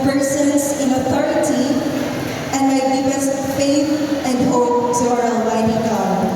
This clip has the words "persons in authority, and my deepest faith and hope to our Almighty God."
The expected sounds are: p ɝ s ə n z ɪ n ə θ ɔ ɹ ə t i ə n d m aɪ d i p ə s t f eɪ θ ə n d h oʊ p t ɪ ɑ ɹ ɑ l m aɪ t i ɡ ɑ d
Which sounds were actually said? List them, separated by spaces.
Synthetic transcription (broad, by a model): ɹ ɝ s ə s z ɪ n ə θ ɔ ɹ ə t i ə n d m aɪ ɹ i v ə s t f eɪ θ ə n d h oʊ p t ɪ ɑ ɹ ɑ n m aɪ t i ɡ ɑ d